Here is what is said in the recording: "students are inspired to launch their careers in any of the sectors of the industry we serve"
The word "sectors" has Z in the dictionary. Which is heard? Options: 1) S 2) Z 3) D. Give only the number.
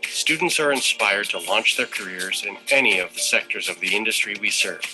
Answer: 2